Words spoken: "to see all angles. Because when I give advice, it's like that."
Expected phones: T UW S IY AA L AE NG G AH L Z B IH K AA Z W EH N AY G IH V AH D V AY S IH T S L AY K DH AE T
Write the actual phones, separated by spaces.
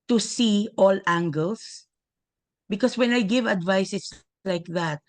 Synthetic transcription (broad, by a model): T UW S IY AA L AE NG G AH L S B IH K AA S W EH N AY G IH V AH D V AY S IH S L AY K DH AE T